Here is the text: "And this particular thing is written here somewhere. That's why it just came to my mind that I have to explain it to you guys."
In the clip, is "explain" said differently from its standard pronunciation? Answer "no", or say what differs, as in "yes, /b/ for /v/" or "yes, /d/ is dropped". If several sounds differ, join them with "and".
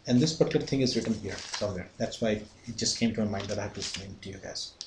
yes, /k/ is dropped